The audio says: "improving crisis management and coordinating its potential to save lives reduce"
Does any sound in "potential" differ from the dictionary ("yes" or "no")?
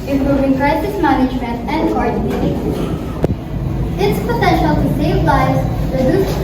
no